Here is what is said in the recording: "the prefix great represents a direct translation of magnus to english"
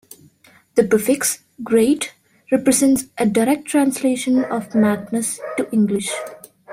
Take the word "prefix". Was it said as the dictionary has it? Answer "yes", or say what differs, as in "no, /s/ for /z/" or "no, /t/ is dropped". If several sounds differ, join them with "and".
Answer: no, /ɹ/ is dropped